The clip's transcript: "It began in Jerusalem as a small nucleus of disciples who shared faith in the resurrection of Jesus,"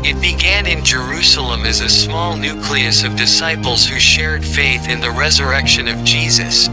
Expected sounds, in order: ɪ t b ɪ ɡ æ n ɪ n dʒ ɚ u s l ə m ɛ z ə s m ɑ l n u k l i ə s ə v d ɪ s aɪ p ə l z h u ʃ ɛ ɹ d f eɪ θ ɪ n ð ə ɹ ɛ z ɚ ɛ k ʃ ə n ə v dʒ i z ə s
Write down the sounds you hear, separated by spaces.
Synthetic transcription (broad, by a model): ɪ t b ɪ ɡ æ n ɪ n dʒ ɚ u s l ə m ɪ z ə s m ɑ l n u k l i ə s ə v d ɪ s aɪ p l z h u ʃ ɛ ɹ d f eɪ θ ɪ n ð ə ɹ ɛ z ɚ ɛ k ʃ ə n ə v dʒ i z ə s